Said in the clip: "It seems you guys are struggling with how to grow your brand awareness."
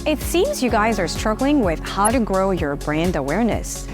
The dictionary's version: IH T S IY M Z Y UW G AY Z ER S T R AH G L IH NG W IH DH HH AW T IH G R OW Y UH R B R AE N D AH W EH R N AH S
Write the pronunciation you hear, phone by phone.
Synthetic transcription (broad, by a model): IH T S IY M Z Y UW G AY Z ER S T R AH G L IH NG W IH DH HH AW T IH G R OW Y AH R B R AE N D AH W EH R N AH S